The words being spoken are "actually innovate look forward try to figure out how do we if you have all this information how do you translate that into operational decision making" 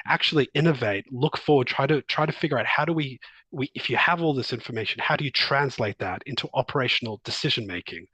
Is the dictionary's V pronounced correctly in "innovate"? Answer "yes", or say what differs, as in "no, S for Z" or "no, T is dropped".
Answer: yes